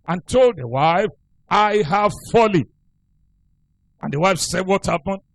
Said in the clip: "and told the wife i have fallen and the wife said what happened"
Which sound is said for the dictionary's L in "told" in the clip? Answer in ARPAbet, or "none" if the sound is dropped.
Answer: L